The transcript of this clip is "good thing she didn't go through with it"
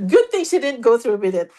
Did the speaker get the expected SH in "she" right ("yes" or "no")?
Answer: no